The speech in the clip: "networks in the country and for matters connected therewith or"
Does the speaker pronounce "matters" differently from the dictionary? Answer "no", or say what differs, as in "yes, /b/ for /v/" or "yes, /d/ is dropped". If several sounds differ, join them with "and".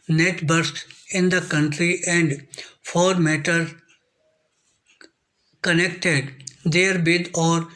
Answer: yes, /z/ is dropped